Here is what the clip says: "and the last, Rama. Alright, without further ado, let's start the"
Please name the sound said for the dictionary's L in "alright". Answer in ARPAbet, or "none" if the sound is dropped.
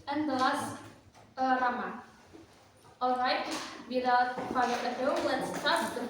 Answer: L